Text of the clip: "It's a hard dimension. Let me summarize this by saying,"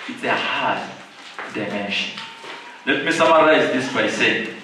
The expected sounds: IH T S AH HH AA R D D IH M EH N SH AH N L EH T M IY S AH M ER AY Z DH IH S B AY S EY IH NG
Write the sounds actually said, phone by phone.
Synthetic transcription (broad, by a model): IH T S AH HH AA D D IH M EH N SH AH N L EH T M IY S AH M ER AY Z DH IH S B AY S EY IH